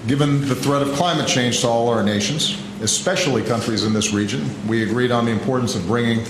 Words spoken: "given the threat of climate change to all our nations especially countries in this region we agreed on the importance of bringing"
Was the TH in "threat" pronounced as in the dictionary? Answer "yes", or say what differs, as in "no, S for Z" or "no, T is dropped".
yes